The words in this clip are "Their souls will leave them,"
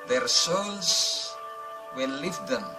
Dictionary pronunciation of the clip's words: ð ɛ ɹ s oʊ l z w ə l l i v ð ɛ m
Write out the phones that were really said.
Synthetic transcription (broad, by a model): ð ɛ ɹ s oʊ n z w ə n l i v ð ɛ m